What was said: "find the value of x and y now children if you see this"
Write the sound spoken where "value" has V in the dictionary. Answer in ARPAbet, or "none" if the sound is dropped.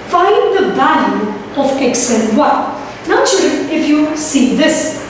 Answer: B